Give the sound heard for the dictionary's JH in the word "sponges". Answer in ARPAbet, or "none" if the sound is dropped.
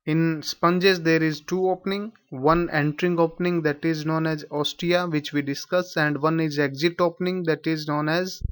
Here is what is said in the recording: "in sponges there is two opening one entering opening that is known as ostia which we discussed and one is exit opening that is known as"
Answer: JH